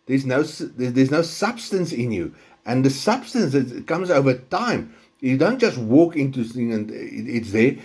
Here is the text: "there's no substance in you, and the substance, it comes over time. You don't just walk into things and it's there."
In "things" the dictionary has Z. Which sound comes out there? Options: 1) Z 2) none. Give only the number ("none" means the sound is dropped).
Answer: 2